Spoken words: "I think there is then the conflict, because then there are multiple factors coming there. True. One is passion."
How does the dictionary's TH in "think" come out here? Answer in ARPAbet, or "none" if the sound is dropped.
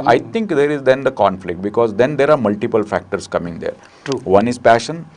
T